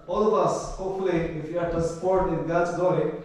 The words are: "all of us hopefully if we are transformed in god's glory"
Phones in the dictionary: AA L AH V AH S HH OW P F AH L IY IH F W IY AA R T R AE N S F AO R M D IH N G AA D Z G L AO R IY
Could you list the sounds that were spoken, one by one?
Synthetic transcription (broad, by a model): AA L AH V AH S HH OW P F AH L IY IH F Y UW AA R T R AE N S P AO R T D IH N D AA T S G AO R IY